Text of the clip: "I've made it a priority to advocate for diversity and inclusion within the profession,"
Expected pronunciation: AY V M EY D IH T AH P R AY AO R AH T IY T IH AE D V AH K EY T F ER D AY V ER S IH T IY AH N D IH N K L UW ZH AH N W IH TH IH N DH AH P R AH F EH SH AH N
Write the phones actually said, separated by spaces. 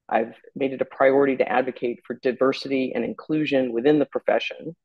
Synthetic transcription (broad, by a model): AY V M EY D IH T AH P R AY AO R AH T IY T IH AE D V AH K EY T F ER D AY V ER S IH T IY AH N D IH N K L UW ZH AH N W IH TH IH N DH AH P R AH F EH SH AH N